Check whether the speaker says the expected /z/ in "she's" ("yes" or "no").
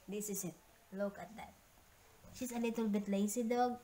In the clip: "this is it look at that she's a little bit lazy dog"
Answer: no